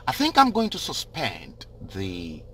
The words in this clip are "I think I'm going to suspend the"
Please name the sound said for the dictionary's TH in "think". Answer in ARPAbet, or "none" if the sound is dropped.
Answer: TH